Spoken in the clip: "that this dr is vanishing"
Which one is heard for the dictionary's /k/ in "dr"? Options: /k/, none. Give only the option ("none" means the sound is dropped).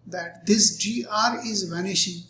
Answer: none